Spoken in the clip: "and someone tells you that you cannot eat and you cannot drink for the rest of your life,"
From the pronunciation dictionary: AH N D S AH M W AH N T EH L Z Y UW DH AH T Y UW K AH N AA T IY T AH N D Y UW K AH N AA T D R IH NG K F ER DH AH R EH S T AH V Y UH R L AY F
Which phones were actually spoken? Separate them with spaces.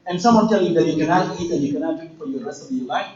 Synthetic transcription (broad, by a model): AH N S AH M W AH N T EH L Y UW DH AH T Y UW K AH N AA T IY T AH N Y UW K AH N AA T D IH K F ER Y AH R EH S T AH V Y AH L AY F